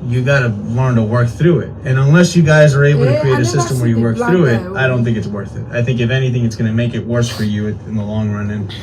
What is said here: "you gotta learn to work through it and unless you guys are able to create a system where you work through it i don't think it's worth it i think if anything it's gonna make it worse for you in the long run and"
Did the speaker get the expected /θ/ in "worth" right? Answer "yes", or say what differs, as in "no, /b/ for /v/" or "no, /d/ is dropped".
yes